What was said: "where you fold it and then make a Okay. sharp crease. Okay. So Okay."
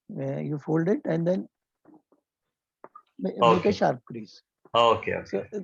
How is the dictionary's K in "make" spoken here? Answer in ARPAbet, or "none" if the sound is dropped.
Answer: none